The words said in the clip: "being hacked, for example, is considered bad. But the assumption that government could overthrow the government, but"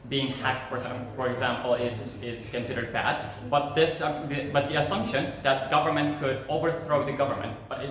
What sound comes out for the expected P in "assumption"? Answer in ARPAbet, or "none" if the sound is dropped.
P